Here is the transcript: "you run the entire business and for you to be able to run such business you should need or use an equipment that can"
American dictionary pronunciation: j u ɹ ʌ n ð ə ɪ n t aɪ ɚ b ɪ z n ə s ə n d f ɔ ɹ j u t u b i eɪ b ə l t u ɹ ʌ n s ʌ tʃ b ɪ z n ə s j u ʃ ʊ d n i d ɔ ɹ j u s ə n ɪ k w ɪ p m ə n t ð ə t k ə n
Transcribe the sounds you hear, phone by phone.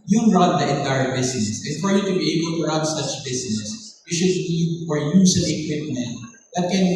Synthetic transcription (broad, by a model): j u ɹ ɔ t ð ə ɪ n t aɪ ɚ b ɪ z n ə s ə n f ɔ ɹ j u t u b i eɪ b ə l t u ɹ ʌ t s ʌ tʃ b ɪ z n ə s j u ʃ ʊ d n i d ɔ ɹ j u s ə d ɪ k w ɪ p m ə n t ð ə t k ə n